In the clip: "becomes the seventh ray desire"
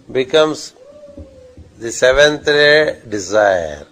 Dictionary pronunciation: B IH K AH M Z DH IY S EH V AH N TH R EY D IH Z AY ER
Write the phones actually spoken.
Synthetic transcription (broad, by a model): B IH K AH M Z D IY S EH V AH N T R EY D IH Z AY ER